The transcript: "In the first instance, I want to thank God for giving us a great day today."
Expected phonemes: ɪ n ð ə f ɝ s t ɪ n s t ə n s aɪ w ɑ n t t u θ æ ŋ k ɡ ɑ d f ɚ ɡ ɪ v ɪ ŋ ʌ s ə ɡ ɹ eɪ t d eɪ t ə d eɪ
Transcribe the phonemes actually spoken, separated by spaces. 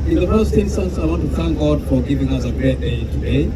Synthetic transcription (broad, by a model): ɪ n ð ə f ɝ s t ɪ n s t ə n s aɪ w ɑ n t t u θ æ ŋ k ɡ ɑ d f ɚ ɡ ɪ v ɪ ŋ ʌ s ə ɡ ɹ eɪ t d eɪ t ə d eɪ